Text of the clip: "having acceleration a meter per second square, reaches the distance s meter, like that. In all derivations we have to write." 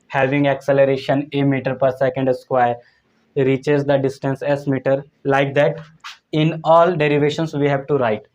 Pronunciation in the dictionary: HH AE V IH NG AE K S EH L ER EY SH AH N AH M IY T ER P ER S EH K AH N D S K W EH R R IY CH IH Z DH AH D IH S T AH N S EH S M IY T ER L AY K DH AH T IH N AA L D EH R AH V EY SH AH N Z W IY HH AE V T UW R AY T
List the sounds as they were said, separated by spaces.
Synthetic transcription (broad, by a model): HH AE V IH NG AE K S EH L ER EY SH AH N AH M IY T ER P ER S EH K AH N D S K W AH R R IY CH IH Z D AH D IH S T AH N S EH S M IY T ER L AY K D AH T IH N AA L D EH R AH V EY SH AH N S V IY HH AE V T UW R AY T